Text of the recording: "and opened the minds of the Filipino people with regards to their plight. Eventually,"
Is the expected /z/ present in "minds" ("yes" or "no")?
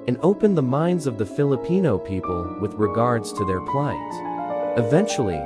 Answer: yes